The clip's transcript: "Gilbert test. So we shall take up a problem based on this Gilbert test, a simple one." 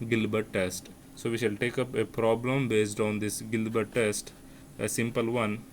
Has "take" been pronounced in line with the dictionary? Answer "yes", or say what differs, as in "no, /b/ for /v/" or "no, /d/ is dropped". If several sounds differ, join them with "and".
yes